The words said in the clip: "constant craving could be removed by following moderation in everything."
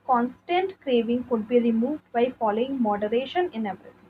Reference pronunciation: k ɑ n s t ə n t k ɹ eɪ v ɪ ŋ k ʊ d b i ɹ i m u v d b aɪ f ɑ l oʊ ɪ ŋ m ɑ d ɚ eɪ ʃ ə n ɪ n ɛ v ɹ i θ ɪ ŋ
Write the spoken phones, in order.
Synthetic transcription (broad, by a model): k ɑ n s t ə n t k ɹ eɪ v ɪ ŋ k ʊ d b i ɹ i m u v d b aɪ f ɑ l oʊ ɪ ŋ m ɑ d ɚ eɪ ʃ ə n ɪ n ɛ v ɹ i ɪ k